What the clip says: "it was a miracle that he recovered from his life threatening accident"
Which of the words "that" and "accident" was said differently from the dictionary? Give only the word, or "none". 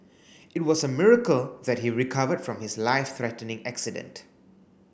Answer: none